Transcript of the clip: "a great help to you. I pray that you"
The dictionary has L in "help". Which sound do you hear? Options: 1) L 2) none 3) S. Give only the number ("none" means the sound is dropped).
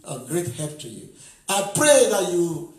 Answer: 2